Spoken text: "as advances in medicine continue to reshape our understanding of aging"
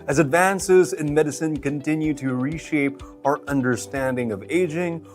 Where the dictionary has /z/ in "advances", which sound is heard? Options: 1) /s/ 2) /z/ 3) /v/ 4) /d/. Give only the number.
2